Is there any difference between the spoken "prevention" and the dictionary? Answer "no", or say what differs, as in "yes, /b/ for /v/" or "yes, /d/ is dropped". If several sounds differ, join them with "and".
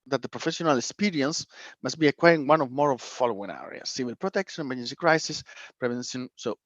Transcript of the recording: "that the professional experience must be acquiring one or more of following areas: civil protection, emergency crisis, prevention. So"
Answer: yes, /s/ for /ʃ/